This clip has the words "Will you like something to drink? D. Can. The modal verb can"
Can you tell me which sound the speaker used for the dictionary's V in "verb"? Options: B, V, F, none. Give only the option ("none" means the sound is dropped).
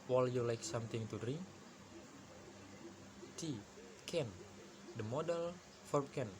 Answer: F